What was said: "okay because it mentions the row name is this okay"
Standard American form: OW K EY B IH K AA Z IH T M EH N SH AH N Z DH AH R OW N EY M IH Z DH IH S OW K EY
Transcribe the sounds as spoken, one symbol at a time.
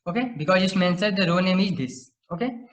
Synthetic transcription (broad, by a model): OW K EY B IH K AA Z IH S M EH N S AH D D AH R OW N EY M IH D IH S OW K EY